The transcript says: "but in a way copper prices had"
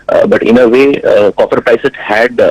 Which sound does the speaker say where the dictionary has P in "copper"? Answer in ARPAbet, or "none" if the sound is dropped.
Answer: F